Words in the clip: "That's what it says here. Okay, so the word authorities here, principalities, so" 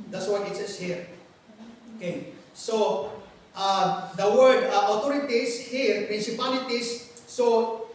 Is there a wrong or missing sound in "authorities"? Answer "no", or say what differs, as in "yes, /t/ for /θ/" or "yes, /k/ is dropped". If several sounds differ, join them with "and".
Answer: yes, /t/ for /θ/ and /s/ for /z/